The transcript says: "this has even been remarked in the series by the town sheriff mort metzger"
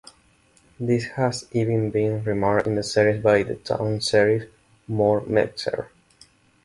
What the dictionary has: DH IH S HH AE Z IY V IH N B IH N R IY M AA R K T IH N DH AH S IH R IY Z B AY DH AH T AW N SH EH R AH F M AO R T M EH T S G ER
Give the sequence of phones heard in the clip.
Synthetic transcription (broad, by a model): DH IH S HH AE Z IY V IH N B IH N R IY M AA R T IH N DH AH S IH R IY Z B AY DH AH T AW N S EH R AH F M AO R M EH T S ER